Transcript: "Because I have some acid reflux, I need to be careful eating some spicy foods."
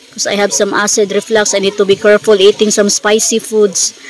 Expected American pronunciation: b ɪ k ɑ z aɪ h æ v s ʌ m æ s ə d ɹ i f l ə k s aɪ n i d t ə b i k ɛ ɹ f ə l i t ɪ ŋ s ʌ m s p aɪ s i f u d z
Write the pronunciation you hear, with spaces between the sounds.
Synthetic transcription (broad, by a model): k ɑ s aɪ h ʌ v s ʌ m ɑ s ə d ɹ i f l ə k s aɪ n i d t ə b i k ɛ ɹ f ə l i t ɪ ŋ s ʌ m s p aɪ s i f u d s